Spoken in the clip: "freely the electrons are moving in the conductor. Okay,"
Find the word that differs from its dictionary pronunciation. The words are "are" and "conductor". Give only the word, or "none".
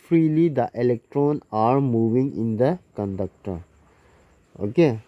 none